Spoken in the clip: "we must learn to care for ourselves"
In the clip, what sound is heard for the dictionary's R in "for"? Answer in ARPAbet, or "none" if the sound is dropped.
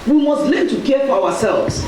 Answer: W